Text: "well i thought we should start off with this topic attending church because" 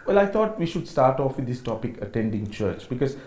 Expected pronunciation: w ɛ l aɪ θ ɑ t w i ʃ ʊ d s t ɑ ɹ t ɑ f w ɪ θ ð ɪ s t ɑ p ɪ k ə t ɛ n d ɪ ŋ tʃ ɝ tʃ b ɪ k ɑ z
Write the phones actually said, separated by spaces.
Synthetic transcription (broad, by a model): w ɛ l aɪ t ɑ t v i ʃ ʊ d s t ɑ ɹ t ɑ f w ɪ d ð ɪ s t ɑ p ɪ k ə t ɛ n d ɪ ŋ tʃ ɝ tʃ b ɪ k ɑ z